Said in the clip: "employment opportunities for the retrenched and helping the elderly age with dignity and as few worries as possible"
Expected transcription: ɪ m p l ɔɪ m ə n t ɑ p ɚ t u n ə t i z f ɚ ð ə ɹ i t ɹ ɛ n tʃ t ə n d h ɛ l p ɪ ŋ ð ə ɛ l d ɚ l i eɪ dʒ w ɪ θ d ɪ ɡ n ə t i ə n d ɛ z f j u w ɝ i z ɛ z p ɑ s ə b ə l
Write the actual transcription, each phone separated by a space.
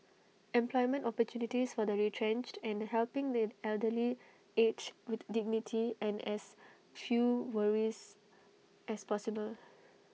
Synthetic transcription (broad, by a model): ɪ m p l ɔɪ m ə n t ɑ p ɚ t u n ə t i s f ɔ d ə ɹ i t ɹ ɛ n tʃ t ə n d h ɛ l p ɪ ŋ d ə ɛ l d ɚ l i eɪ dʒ w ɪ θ d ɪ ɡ n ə t i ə n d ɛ s f j u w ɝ i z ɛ s p ɑ s ə b ə l